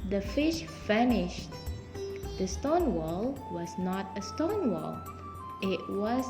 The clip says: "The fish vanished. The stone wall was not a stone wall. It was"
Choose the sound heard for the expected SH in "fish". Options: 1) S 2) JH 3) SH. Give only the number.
3